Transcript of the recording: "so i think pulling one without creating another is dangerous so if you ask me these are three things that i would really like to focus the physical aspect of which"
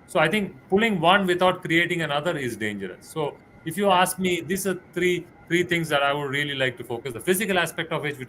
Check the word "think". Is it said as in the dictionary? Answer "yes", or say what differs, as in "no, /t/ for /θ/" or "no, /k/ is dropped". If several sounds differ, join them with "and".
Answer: no, /t/ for /θ/